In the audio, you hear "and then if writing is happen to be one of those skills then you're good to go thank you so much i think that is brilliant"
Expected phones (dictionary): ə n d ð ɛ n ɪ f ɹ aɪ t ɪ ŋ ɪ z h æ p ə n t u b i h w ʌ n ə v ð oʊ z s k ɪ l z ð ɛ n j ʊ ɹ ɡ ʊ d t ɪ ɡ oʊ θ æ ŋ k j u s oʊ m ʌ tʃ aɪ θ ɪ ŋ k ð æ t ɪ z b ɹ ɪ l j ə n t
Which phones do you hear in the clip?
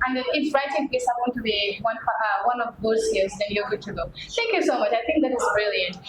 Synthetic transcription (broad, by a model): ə n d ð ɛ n ɪ f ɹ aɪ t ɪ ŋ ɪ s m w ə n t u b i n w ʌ n ə v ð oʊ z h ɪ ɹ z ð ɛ n j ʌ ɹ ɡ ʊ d t ɪ ɡ oʊ θ æ ŋ k j u s oʊ m ʌ tʃ aɪ θ ɪ ŋ k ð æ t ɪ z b ɹ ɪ l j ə n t